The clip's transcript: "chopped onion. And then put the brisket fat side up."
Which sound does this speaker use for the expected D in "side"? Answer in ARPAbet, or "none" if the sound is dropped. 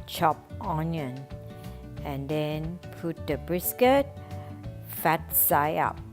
none